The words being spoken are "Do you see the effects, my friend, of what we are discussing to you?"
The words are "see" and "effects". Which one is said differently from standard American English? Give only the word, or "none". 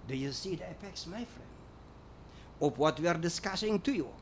effects